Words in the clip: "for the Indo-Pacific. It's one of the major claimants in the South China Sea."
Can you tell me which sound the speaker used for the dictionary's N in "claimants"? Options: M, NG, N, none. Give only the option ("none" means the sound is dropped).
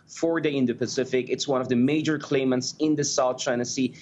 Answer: N